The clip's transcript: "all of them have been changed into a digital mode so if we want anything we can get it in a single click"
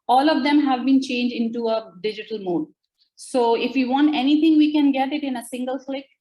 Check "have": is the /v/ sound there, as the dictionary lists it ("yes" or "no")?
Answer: yes